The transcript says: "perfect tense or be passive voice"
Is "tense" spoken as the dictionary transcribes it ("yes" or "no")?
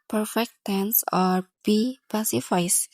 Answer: yes